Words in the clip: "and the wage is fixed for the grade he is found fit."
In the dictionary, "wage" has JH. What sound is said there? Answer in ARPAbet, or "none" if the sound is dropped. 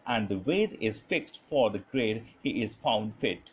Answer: Z